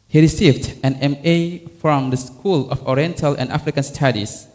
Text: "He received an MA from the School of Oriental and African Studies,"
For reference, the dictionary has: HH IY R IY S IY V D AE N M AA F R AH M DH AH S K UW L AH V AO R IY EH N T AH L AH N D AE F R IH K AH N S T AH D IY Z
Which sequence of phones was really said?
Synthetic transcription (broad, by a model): HH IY R IY S IY V D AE N M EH F R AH M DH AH S K UW L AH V AO R IY EH N T AH L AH N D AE F R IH K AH N S T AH D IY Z